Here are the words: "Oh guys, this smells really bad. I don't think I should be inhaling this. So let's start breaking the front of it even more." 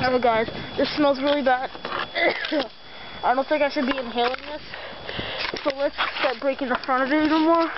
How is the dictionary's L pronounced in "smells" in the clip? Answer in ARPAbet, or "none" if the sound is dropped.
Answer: L